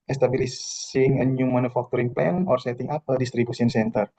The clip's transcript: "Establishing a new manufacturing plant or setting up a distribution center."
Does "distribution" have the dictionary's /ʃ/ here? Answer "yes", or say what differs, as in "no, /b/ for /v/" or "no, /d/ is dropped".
no, /s/ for /ʃ/